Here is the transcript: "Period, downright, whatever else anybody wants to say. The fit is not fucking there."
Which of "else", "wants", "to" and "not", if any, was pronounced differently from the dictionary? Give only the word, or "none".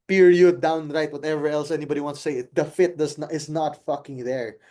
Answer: to